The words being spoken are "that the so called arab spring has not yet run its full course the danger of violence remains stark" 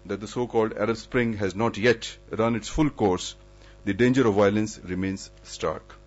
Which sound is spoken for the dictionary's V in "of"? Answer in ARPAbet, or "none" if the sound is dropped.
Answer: V